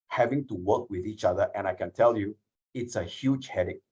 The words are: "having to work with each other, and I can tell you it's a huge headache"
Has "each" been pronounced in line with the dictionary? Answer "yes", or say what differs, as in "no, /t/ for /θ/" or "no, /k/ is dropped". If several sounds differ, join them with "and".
yes